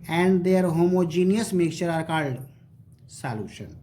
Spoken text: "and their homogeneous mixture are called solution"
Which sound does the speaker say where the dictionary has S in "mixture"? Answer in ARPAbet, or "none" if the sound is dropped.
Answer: none